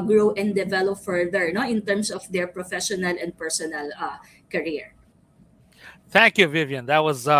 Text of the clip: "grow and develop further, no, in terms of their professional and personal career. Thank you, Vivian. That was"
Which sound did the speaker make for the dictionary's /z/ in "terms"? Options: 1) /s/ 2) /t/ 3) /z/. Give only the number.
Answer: 1